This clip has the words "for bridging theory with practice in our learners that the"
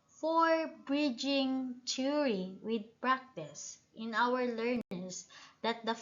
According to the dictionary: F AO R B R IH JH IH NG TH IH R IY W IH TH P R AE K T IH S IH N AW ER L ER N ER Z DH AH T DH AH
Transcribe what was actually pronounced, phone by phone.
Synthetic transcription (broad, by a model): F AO R B R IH JH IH NG T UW R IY W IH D P R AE K T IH S IH N AW ER L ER N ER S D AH T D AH